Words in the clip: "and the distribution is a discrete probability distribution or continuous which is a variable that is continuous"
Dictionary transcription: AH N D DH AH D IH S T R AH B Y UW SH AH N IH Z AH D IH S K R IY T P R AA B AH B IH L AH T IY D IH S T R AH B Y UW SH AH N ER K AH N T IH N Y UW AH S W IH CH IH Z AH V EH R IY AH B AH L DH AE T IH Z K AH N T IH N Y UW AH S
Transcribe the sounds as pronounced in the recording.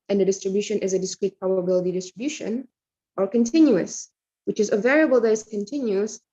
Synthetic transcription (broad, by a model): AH N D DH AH D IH S T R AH B Y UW SH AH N IH Z AH D IH S K R IY T P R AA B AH B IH L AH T IY D IH S T R AH B Y UW SH AH N ER K AH N T IH N Y UW AH S W IH CH IH Z AH V EH R IY AH B AH L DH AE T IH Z K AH N T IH N Y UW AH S